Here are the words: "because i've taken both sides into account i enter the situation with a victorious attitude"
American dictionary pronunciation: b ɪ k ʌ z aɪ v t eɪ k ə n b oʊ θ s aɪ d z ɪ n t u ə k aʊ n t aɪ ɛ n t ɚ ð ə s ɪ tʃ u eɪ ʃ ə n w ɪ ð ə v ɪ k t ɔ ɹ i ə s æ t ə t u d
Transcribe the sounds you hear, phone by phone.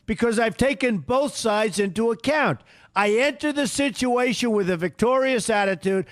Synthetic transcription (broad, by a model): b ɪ k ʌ z aɪ v t eɪ k ə n b oʊ θ s aɪ d z ɪ n t u ə k aʊ n t aɪ ɛ n t ɚ ð ə s ɪ tʃ u eɪ ʃ ə n w ɪ ð ə v ɪ k t ɔ ɹ i ə s æ t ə t u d